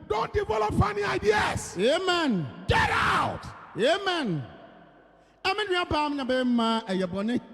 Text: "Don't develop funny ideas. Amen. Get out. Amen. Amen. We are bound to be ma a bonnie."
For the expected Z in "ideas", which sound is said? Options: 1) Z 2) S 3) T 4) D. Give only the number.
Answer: 2